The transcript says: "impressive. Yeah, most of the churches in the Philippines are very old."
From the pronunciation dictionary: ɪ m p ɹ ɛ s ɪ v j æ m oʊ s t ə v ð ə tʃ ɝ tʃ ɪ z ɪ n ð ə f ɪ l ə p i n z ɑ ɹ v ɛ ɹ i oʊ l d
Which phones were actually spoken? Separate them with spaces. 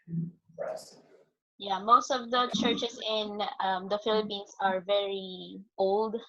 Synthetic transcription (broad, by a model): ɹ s j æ m oʊ s t ə v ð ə tʃ ɝ tʃ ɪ s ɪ n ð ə f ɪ l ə p i n s ɑ ɹ v ɛ ɹ i oʊ l d